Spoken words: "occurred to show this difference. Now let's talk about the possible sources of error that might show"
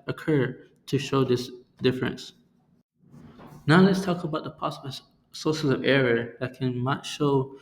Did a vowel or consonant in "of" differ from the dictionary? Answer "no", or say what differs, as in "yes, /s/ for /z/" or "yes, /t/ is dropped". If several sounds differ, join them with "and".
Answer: no